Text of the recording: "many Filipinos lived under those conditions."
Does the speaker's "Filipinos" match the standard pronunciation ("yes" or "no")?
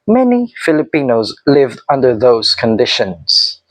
yes